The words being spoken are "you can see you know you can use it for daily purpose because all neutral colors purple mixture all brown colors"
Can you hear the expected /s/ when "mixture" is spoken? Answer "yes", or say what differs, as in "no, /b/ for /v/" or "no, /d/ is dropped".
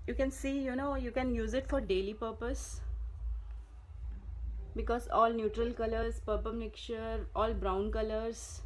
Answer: no, /s/ is dropped